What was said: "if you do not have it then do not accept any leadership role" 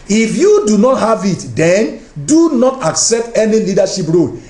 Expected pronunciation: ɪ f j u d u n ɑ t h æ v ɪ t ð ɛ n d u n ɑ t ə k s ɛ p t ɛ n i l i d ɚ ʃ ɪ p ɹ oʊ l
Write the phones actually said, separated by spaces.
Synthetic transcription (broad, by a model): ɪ f j u d u n ɑ t h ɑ v ɪ t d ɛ n d u n ɑ t ə k s ɛ p t ɛ n i l i d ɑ ʃ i p ɹ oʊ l